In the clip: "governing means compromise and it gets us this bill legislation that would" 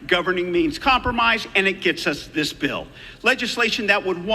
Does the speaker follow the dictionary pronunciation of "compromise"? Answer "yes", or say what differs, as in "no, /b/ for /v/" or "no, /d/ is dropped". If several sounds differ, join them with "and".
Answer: yes